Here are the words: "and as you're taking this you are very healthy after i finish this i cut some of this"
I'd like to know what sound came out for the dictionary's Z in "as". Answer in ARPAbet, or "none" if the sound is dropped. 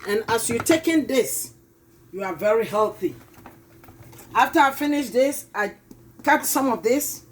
S